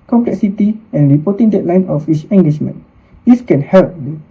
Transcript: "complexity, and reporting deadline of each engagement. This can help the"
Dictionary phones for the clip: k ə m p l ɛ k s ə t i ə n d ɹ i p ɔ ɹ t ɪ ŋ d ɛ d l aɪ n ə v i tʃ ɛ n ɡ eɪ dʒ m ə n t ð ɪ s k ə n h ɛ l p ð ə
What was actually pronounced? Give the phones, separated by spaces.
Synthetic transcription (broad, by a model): k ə m p l ɛ k s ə t i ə n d ɹ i p ɔ t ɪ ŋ d ɛ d l aɪ n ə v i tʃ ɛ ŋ ɡ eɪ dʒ m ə n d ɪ s k ə n h ɛ l p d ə